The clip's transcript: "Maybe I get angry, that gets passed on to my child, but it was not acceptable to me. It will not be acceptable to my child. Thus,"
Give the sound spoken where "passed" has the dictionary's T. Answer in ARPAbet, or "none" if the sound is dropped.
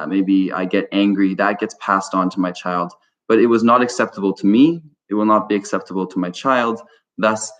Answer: T